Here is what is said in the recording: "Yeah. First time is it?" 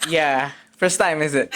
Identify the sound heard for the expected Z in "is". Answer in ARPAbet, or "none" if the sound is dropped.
Z